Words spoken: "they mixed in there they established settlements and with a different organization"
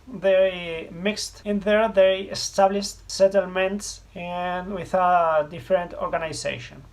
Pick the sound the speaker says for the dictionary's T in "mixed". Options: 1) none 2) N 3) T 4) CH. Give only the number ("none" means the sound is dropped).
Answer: 3